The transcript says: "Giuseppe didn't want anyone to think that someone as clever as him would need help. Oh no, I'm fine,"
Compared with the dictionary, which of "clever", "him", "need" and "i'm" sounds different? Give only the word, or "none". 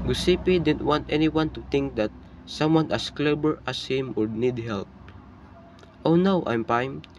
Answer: clever